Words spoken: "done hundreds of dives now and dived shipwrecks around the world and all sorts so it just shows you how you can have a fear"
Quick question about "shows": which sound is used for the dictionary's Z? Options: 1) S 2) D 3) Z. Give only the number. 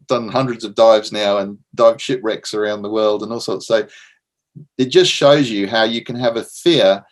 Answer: 3